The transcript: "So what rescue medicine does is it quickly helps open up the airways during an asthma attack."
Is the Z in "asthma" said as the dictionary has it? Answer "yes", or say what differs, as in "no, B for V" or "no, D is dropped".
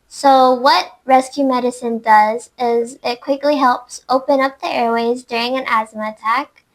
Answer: yes